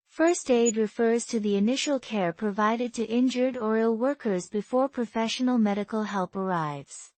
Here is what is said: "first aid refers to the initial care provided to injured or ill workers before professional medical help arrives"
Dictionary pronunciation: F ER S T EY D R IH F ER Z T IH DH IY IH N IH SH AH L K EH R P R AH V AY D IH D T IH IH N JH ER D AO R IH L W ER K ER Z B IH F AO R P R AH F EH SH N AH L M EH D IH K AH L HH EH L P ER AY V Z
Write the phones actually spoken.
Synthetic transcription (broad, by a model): F ER S T EY D R IH F ER Z T IH DH IY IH N IH SH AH L K EH R P R AH V AY D IH D T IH IH N JH ER D AO R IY L W ER K ER Z B IH F AO R P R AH F EH SH N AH L M EH D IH K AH L HH EH L P ER AY V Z